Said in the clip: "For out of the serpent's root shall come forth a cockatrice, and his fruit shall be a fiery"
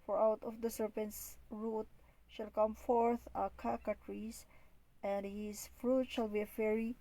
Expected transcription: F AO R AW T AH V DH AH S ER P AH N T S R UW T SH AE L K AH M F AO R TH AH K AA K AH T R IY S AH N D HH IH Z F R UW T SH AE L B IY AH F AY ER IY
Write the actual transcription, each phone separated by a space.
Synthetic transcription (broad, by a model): F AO R AW T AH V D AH S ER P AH N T S R UW T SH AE L K AH M F AO R TH AH K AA K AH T R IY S AH N D HH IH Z F R UW T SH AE L B IY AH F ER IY